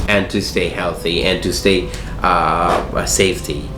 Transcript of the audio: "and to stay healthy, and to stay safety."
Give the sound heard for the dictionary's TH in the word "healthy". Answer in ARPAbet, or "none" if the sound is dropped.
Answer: TH